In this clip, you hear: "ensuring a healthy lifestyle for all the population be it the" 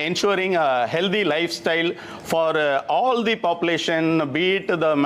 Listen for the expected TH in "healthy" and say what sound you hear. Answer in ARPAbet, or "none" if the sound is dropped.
T